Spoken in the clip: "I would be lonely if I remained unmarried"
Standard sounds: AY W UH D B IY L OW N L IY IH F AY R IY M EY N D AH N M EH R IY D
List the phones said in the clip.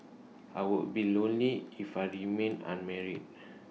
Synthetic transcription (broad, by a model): AY W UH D B IY L OW N L IY IH F AY R IY M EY N AH N M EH R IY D